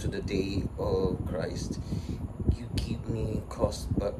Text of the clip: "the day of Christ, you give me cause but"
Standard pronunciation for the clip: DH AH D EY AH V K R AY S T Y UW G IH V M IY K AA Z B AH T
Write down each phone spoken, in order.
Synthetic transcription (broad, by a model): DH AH D EY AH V K R AY S T Y UW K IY P M IY K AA S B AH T